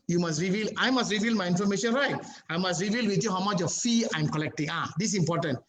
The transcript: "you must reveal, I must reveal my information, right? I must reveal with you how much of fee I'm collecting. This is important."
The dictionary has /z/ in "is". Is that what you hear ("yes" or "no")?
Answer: no